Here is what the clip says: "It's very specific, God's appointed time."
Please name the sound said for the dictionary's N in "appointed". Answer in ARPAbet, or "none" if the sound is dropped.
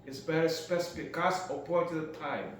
none